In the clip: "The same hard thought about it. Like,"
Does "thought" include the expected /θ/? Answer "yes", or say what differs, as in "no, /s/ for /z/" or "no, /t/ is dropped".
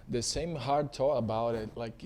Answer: no, /t/ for /θ/